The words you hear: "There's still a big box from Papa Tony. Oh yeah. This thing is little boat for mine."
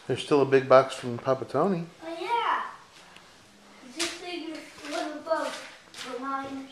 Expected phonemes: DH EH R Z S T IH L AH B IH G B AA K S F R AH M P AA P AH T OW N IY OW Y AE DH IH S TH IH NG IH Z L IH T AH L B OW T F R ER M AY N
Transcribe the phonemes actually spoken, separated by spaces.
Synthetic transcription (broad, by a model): DH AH R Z S T IH L AH B IH G B AA K S F R AH M P AA P AH T OW N IY OW Y AE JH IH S S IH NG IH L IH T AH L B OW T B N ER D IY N